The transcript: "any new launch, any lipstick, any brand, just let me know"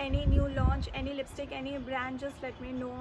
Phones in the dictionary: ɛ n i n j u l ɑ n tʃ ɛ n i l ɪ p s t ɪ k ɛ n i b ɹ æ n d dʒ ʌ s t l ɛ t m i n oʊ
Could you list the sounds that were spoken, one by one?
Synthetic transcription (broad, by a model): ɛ n i n j u l ɑ n tʃ ɛ n i l ɪ p s t ɪ k ɛ n i b ɹ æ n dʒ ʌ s l ɛ t m i n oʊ